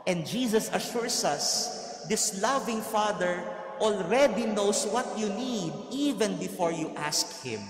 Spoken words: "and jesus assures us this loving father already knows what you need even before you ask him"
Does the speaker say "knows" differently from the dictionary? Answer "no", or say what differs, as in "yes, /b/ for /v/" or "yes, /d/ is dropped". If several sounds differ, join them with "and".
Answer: yes, /s/ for /z/